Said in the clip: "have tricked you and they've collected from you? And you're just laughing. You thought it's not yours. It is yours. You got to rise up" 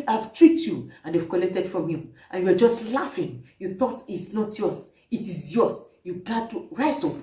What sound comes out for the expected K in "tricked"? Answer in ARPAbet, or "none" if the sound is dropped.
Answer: none